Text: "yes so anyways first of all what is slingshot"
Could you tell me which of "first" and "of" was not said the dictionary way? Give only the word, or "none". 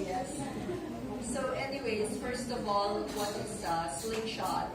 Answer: none